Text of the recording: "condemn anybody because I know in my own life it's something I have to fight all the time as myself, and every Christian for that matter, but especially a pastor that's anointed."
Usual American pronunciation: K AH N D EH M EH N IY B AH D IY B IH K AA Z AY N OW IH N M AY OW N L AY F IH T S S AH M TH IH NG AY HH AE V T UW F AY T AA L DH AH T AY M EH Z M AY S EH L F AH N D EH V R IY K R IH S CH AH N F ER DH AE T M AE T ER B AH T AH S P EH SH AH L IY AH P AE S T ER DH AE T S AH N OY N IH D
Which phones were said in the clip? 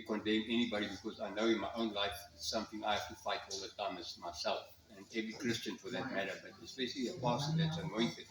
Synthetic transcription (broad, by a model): K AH N D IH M EH N IY B AH D IY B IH K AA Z AY N OW IH N M AY OW N L AY F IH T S S AH M TH IH NG AY HH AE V T UW F AY T AA L DH AH T AY M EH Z M AY S EH L F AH N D EH V R IY K R IH S CH AH N F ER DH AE T M AE T ER B AH T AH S B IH S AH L IY AH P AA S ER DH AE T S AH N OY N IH